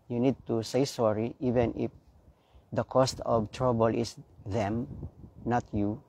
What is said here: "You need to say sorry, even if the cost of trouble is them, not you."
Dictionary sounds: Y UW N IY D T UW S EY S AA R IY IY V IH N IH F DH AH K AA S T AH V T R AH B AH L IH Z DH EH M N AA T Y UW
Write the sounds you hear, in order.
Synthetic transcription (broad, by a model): Y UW N IY D T UW S EY S AA R IY IY V IH N IH F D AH K AA S T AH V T R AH B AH L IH S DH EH M N AA T Y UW